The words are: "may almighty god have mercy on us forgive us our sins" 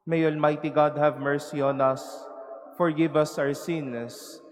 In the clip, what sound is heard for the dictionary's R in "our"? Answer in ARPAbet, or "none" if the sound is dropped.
W